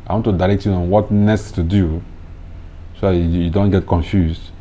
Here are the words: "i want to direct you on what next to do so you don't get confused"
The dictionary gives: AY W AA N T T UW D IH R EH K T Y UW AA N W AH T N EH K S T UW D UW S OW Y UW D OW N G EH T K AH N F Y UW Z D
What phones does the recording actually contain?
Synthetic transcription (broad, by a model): AY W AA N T T UW D IH R EH K T Y UW AA N W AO T N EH S T UW D UW S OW Y UW D OW N G EH T K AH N F Y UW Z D